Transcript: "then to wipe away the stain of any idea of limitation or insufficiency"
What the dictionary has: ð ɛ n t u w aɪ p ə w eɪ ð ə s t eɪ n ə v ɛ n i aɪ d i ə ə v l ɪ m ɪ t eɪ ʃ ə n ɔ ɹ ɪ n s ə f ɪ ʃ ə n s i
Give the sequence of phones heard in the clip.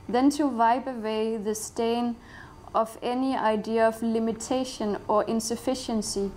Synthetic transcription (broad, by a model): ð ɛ n t u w aɪ b ə w eɪ ð ə s t eɪ n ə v ɛ n i aɪ d i ə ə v l ɪ m ɪ t eɪ ʃ ə n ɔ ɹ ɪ n s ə f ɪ ʃ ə n s i